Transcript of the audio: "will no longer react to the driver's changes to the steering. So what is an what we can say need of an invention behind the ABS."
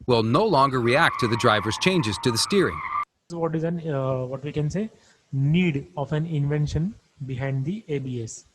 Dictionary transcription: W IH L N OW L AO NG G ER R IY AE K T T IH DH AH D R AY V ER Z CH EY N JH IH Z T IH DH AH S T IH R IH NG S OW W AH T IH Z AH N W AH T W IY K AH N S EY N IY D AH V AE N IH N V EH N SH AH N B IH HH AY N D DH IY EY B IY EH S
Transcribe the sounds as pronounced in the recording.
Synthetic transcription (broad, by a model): W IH L N OW L AO NG G ER R IY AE K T T IH DH AH D R AY V ER Z CH EY N JH IH Z T IH DH AH S T IH R IH NG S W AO T IH Z AH N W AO T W IY K AH N S EY N IY D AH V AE N IH N V EH N SH AH N B IH HH AY N D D IY EY B IY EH S